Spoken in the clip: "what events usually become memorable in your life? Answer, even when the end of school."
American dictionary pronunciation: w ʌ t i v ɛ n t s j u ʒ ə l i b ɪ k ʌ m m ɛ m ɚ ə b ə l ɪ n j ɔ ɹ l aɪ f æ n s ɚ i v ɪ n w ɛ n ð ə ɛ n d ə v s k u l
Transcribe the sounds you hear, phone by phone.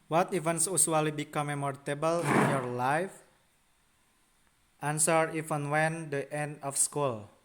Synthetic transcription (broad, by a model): w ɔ t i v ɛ n s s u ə l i b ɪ k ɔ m m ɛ m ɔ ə b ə l ɪ n j ɔ ɹ l aɪ f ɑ n s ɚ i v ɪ n w ɛ n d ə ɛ n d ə f s k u l